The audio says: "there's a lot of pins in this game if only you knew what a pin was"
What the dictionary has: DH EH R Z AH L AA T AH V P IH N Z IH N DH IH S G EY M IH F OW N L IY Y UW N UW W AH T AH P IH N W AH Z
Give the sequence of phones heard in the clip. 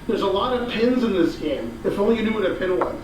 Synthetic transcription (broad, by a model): DH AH R Z AH L AA T AH V P IH N Z IH N DH IH S G EY M IH F OW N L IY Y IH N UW W AH T AH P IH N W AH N